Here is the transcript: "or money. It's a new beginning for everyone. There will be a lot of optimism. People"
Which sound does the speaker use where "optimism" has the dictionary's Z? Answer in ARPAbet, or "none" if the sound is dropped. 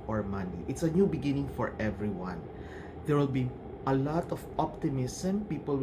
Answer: S